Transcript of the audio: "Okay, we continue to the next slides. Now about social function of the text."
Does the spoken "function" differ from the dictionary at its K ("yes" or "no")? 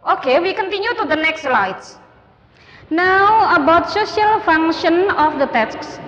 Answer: yes